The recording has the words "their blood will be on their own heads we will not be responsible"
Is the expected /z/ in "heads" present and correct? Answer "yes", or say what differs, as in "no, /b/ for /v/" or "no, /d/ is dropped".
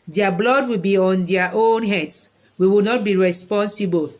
no, /s/ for /z/